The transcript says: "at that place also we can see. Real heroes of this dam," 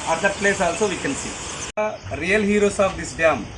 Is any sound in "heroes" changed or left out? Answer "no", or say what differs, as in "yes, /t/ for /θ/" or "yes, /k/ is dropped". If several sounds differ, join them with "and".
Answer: yes, /s/ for /z/